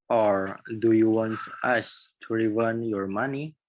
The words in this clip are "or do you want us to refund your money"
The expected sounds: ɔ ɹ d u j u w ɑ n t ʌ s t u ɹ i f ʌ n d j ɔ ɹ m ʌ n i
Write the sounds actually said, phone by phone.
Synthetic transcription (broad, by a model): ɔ ɹ d u j u w ɑ n t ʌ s t u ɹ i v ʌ n j ɔ ɹ m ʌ n i